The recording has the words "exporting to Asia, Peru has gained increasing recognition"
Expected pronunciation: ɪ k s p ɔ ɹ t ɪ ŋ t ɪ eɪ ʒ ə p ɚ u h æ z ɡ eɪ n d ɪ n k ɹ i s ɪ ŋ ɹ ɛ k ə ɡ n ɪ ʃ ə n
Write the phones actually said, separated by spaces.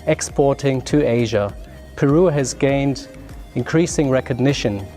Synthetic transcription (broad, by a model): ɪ k s p ɔ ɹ t ɪ ŋ t ɪ eɪ ʒ ə p ɚ u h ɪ z ɡ eɪ n d ɪ n k ɹ i s ɪ ŋ ɹ ɛ k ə ɡ n ɪ ʃ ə n